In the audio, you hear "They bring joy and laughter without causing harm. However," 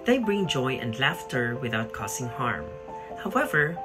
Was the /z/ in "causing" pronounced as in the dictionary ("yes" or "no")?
no